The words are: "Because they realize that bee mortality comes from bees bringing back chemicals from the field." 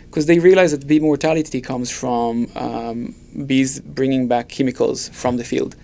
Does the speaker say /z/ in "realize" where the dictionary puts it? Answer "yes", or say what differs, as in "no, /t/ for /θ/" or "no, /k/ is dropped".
yes